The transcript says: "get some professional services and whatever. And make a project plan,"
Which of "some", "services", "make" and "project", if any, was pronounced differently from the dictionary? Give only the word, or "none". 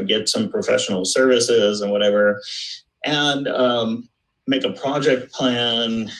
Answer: none